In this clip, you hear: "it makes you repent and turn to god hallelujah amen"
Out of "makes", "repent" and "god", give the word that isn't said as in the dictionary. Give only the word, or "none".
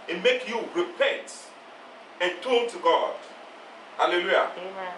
makes